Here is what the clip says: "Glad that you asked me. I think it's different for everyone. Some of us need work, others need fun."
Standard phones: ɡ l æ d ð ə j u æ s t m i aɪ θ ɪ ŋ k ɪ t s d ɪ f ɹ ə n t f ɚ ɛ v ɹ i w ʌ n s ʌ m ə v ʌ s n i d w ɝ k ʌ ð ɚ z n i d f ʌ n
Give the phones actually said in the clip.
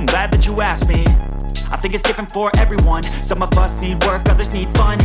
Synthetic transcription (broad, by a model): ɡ l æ d ð ə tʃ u æ s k m i aɪ θ ɪ ŋ k ɪ t s d ɪ f ɹ ə n t f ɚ ɛ v ɹ i w ʌ n s ʌ m ə v ʌ s n i d w ɝ k ʌ ð ɚ z n i d f ʌ n